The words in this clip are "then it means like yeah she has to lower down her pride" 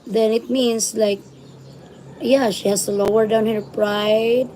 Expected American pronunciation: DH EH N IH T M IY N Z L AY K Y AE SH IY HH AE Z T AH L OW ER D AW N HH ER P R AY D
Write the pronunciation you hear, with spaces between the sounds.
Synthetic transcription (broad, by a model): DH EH N IH T M IY N S L AY K Y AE SH IY HH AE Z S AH L OW ER D AW N HH ER P R AY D